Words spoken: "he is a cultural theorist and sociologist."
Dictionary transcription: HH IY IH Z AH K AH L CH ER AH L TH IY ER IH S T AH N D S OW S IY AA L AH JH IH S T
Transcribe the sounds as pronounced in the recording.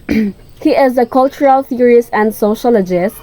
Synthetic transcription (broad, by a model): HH IY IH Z AH K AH L CH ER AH L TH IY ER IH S AH N D S OW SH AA L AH JH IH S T